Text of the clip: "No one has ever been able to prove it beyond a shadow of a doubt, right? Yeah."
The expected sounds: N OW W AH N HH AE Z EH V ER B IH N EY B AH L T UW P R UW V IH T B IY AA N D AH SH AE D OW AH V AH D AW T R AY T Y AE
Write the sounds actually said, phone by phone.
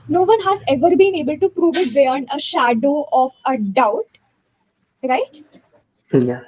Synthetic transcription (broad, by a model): N OW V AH N HH AE Z EH V ER B IH N EY B AH L T UW P R UW V IH T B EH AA N AH SH AE D OW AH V AH D AW T R AY T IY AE